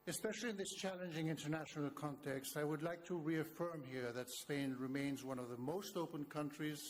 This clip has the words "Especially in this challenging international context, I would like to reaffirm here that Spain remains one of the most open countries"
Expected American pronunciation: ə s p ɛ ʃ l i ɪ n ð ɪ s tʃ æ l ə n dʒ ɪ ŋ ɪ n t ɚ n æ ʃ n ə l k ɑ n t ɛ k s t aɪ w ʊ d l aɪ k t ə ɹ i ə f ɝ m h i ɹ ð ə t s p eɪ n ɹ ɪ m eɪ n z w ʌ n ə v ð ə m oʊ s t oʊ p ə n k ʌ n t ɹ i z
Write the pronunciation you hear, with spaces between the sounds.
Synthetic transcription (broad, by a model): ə s p ɛ ʃ l i ɪ n ð ɪ s tʃ æ l ə n dʒ ɪ ŋ ɪ n t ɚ n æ ʃ n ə l k ɑ n t ɛ k s t aɪ w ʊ d l aɪ k t ə ɹ i ə f ɝ m h i ɹ ð ə t s p eɪ n ɹ ɪ m eɪ n z w ʌ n ə v ð ə m oʊ s t oʊ p ə n k ʌ n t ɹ i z